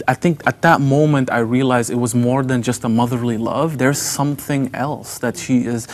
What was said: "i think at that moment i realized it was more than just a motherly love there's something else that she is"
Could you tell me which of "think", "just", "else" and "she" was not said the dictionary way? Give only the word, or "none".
none